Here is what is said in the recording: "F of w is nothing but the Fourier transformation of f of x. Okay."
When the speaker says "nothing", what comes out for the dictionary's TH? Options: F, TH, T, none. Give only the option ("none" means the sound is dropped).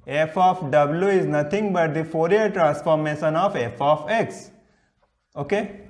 T